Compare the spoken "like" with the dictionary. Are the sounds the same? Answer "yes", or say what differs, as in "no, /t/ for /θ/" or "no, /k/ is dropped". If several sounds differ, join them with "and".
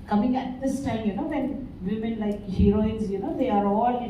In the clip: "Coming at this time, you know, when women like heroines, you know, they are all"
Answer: yes